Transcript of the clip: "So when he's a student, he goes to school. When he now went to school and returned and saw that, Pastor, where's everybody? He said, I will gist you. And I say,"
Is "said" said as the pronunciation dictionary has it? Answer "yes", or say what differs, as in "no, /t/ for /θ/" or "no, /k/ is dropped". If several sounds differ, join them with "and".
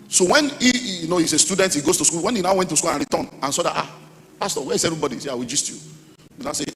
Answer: no, /d/ is dropped